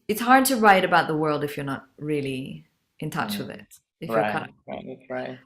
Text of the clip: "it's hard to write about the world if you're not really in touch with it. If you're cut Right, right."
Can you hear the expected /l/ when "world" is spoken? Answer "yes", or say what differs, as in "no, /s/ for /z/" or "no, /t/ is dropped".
yes